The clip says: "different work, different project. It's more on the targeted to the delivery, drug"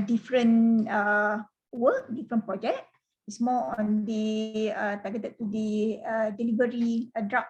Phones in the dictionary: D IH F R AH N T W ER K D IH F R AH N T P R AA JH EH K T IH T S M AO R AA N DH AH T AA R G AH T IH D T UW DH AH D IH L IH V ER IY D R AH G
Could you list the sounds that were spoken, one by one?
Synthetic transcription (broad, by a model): D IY F R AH N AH W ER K D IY F R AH N P R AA JH EH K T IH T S M AO L AA N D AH T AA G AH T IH T UW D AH D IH L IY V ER IY D R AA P